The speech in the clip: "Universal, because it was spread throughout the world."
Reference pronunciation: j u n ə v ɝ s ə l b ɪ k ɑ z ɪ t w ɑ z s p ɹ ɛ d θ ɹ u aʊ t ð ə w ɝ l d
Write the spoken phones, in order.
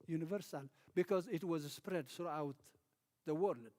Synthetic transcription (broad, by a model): j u n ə v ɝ s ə l b ɪ k ɑ z ɪ t w ɑ z s p ɹ ɛ d θ ɹ u aʊ t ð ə w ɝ l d